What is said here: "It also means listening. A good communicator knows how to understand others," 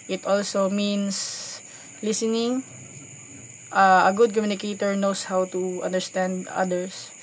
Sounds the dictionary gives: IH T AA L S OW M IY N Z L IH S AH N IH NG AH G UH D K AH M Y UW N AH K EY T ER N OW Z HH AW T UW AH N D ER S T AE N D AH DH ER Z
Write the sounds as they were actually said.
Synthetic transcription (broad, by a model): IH T AA L S OW M IY N S L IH S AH N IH NG AH G UH D K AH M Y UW N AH K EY T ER N OW S HH AW T UW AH N D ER S T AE N D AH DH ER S